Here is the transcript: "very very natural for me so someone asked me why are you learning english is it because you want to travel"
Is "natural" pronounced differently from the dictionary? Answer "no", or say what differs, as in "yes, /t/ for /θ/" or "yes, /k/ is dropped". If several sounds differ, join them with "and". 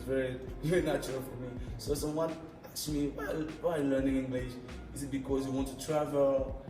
yes, /ɹ/ is dropped